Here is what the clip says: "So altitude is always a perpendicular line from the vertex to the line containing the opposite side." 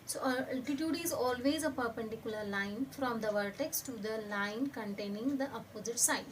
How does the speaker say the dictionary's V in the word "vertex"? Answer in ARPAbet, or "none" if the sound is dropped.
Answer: V